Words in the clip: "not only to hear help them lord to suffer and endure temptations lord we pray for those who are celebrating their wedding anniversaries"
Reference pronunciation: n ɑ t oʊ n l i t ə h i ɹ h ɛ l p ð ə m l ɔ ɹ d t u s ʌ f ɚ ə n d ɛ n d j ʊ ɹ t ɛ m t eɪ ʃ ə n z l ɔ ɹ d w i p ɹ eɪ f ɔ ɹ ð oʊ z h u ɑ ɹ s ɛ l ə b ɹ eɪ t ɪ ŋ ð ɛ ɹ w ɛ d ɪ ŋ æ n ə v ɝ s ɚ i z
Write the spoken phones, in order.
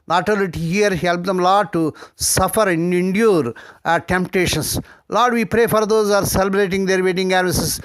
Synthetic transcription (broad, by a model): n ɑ t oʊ l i t ə h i ɹ h ɛ l p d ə m l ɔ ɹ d t u s ʌ f ɚ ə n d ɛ n d j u ɹ t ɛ m t eɪ ʃ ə n s l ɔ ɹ d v i p ɹ eɪ f ɔ ɹ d oʊ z ɑ ɹ s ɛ l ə b ɹ eɪ t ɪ ŋ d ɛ ɹ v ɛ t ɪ ŋ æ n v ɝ s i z